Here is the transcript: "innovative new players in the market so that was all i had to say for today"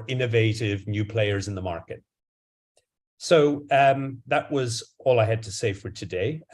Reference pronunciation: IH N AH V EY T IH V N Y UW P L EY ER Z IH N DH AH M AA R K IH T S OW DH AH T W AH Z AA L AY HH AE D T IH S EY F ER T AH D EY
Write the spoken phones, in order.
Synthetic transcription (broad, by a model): IH N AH V EY T IH V N Y UW P L EY ER Z IH N DH AH M AA R K IH T S OW DH AH T W AH Z AA L AY HH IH D T IH S EY F ER T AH D EY